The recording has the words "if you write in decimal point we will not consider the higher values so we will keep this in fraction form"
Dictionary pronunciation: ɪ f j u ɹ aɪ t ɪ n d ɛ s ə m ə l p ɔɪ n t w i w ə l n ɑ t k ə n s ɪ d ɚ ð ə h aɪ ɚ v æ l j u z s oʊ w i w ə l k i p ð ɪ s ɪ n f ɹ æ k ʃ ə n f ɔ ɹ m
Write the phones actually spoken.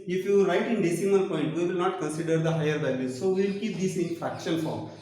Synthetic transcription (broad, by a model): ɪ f j u ɹ aɪ t ɪ n d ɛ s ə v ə n p ɔɪ n t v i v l n ɑ t k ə n s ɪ d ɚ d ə h aɪ ɚ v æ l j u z s oʊ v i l k i p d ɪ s ɪ n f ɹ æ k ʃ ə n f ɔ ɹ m